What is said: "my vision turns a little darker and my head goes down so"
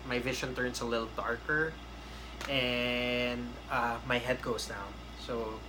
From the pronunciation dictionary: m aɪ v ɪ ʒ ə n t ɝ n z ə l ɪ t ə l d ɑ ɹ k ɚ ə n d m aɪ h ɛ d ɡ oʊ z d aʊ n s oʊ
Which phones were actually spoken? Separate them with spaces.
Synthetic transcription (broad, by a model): m aɪ v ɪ ʃ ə n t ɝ n s ə l ɪ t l d ɑ ɹ k ɚ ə n d m aɪ h ɛ d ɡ oʊ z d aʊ n s oʊ